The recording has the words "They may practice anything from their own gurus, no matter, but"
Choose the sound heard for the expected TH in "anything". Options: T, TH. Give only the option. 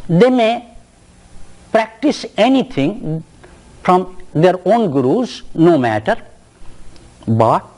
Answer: T